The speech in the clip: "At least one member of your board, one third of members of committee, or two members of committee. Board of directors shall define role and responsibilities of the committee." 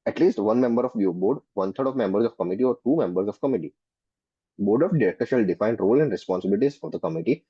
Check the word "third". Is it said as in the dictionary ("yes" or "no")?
no